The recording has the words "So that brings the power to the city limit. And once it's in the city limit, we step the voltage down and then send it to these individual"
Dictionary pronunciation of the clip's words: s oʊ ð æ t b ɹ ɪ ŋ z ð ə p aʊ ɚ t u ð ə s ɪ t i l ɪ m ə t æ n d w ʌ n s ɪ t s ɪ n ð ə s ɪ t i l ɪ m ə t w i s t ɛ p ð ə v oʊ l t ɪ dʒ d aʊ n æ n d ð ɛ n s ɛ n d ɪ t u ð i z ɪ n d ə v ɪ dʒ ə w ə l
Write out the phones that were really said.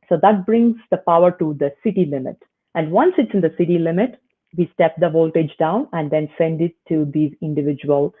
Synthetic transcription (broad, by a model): s oʊ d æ t b ɹ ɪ ŋ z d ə p aʊ ɚ t u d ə s ɪ t i l ɪ m ə t æ n d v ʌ n s ɪ t s ɪ n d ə s ɪ t i l ɪ m ə t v i s t ɛ p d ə v oʊ l t ɪ dʒ d aʊ n æ n d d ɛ n s ɛ n d ɪ t u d i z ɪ n d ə v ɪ dʒ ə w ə l